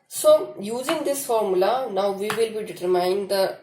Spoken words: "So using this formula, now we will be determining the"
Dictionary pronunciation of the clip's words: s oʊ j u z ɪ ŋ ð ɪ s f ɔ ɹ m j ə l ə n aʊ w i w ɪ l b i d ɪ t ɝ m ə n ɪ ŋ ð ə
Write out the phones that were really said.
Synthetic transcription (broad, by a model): s oʊ j u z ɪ ŋ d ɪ s f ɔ ɹ m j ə l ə n aʊ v i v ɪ l b i d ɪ t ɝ m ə ɪ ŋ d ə